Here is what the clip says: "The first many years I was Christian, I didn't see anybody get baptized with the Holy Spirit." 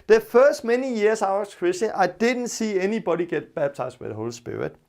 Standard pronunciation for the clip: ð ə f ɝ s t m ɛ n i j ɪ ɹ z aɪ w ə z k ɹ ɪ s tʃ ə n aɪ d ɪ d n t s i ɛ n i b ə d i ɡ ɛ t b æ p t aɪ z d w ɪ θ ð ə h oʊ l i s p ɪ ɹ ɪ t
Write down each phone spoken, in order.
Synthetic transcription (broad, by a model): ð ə f ɝ s t m ɛ n i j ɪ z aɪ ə s k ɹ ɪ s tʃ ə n aɪ d ɪ d n t s i ɛ n i b ə d i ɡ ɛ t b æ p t aɪ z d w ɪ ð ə h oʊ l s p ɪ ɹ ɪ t